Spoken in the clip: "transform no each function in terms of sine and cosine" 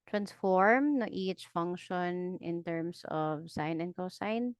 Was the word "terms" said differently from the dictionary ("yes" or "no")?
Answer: yes